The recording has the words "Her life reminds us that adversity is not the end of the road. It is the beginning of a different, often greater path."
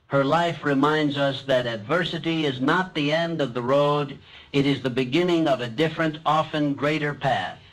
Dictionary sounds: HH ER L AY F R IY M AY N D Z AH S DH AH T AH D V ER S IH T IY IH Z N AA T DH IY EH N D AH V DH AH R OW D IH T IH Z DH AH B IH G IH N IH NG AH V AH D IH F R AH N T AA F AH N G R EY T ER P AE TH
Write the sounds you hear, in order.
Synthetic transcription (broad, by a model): HH ER L AY F R IY M AY N D Z AH S DH AH T AH D V ER S IH T IY IH Z N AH T DH IY EH N D AH V DH AH R OW D IH T IH Z DH AH B IH G IH N IH NG AH V AH D IH F R AH N T AA F AH N G R EY T ER P AE TH